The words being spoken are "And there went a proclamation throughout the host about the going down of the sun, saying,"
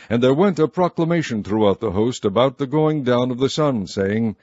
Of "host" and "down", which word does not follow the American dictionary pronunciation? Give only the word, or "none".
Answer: none